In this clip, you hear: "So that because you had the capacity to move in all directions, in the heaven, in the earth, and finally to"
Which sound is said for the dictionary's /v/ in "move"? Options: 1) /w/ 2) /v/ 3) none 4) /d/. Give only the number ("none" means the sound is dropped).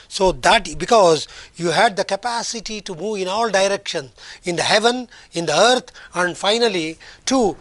2